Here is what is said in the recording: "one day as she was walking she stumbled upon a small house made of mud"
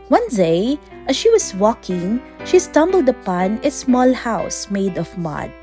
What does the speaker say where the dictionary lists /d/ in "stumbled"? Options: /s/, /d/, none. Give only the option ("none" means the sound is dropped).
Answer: /d/